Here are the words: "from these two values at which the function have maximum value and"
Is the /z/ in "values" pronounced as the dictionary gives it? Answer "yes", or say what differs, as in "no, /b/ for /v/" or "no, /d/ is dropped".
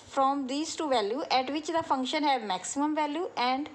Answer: no, /z/ is dropped